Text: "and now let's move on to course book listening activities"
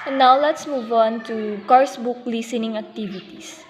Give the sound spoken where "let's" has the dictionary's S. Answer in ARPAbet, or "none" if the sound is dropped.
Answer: S